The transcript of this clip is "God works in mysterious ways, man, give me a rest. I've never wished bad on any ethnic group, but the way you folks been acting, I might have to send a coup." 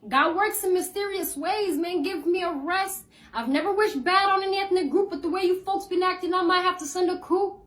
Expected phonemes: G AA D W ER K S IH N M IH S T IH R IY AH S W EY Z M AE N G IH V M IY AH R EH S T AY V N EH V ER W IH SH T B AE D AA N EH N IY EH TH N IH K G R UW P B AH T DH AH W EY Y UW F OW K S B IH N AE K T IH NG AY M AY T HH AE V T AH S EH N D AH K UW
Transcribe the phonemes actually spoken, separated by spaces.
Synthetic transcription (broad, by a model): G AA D W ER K S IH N M IH S T IH R IY AH S W EY Z M AE N G IH V M IY AH R EH S T AY V N EH V ER W IH SH B AE D N EH N IY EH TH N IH G R UW P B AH T DH AH W EY Y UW F OW K S B IH N AE K T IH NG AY M AY T HH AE F T AH S EH N D AH K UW